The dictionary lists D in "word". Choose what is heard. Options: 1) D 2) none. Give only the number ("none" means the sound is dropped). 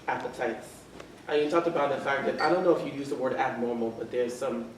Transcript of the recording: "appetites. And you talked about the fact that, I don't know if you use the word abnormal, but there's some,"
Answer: 1